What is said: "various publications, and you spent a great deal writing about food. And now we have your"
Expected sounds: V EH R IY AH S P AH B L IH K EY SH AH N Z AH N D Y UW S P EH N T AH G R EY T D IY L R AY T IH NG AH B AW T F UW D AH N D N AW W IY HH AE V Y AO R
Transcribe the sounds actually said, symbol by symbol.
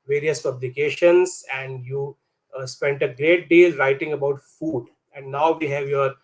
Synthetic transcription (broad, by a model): V EH R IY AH S P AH B L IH K EY SH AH N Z AH N D Y UW S P EH N T AH G R EY T D IY L R AY T IH NG AH B AW T F UW D AH N D N AW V IY HH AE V Y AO R